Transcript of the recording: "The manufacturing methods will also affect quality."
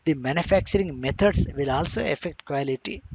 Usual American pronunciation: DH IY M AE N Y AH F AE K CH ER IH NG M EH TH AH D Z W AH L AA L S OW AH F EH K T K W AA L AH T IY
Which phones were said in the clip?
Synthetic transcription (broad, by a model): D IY M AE N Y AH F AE K CH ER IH NG M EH T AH D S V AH L AA L S OW AH F EH K T K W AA L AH T IY